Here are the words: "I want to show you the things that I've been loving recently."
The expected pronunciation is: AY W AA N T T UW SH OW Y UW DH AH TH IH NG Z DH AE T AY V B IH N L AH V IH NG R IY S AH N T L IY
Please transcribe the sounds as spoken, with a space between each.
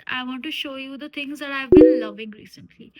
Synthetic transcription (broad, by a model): AY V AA N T T UW SH OW Y UW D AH T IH NG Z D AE T AY V B IH N L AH V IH NG R IY S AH N T L IY